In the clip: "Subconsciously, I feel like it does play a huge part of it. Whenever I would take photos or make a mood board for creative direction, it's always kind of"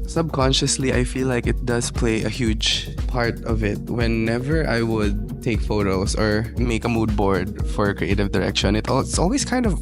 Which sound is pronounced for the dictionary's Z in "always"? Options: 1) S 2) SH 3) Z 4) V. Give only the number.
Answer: 1